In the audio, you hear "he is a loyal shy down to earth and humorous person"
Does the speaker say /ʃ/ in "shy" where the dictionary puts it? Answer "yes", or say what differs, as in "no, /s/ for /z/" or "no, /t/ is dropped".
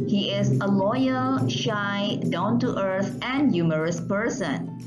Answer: yes